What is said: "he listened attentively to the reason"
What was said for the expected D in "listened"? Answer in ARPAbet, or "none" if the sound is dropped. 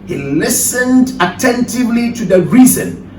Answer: D